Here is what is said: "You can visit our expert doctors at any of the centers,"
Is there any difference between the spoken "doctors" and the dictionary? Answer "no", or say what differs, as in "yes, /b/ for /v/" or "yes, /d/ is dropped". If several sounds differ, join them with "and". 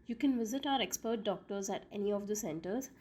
no